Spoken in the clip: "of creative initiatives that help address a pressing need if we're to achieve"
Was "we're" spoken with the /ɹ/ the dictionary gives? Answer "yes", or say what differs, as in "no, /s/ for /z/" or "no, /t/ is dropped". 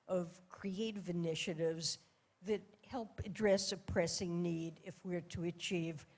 yes